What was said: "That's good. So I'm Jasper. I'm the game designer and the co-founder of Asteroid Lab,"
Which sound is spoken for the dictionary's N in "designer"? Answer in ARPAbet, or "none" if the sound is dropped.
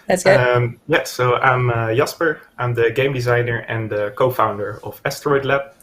N